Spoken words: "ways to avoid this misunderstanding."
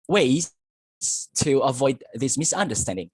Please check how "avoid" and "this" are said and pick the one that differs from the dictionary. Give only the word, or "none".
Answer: none